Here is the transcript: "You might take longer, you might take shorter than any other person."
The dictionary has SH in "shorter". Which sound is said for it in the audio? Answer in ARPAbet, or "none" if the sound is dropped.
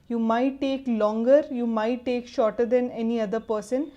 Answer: SH